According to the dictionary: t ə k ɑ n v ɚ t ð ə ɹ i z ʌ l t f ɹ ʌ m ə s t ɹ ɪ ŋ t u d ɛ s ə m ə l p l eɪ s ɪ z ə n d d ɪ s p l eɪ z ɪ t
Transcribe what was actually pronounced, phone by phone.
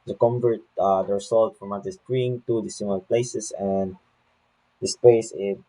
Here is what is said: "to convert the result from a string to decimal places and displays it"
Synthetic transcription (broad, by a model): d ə k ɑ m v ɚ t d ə ɹ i s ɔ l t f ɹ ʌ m ə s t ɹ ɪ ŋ t u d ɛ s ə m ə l p l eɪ s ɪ s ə n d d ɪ s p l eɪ s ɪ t